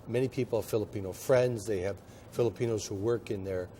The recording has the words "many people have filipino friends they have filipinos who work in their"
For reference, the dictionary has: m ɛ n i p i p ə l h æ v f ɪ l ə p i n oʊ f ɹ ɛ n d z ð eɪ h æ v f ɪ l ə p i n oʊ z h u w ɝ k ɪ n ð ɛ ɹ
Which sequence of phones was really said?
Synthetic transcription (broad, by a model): m ɛ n i p i p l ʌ f ɪ l ə p i n oʊ f ɹ ɛ n d z ð eɪ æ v f ɪ l ə p i n oʊ z h u w ɝ k ɪ n ð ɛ ɹ